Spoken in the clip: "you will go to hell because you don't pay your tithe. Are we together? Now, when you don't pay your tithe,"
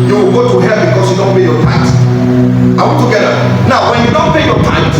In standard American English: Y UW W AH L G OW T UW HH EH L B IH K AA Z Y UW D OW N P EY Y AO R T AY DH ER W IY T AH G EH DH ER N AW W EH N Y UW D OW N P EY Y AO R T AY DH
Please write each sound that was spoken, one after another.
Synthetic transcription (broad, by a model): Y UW W AH L G OW T UW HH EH B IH K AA S Y UW D OW N P EY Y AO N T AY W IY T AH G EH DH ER N AW W EH N Y UW D OW N P EY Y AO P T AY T